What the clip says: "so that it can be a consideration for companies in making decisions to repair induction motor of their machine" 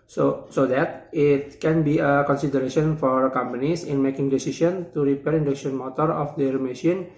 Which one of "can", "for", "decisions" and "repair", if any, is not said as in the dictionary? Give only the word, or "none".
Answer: decisions